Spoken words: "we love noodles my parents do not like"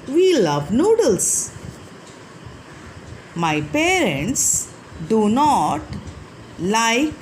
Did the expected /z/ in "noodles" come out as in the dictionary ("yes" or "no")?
no